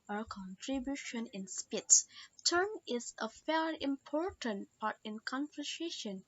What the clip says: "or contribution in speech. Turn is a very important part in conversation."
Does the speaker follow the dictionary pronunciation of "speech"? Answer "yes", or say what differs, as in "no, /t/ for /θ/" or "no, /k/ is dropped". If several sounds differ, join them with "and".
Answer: no, /s/ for /tʃ/